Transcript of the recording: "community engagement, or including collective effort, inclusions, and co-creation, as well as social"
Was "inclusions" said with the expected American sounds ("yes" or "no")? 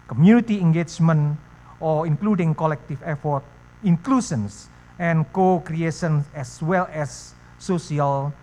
no